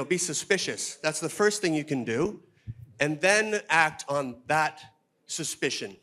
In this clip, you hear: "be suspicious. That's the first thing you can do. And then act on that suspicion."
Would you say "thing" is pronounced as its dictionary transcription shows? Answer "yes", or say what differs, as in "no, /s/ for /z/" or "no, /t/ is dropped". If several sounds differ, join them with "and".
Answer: yes